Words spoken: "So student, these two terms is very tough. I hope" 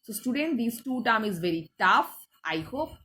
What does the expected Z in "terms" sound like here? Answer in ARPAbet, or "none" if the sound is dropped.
none